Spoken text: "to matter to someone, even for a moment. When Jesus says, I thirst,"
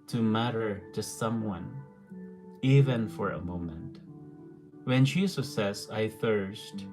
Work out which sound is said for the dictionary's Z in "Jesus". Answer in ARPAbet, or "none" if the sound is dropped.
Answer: S